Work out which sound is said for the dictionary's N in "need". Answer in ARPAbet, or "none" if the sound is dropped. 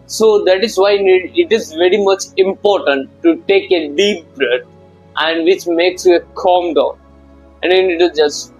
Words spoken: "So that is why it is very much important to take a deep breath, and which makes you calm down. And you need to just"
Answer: N